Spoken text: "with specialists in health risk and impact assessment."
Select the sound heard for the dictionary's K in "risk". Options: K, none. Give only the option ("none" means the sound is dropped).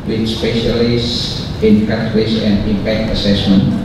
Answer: none